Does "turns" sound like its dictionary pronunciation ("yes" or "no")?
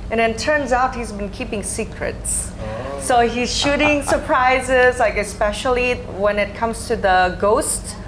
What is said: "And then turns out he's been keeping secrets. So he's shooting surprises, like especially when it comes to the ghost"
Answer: yes